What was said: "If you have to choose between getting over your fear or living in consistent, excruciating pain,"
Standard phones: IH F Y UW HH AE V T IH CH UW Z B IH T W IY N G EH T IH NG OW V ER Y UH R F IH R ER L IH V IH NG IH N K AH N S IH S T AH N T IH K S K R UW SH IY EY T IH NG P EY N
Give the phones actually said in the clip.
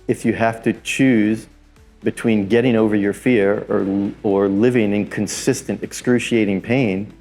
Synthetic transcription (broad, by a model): IH F Y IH HH AE F T IH CH UW Z B IH T W IY N G EH T IH NG OW V ER Y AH R F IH R ER L IH V IH NG IH N K AH N S IH S T AH N T IH K S K R UW SH IY EY T IH NG P EY N